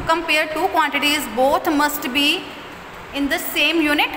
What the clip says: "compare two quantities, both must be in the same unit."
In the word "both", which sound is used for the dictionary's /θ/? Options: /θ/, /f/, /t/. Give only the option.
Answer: /t/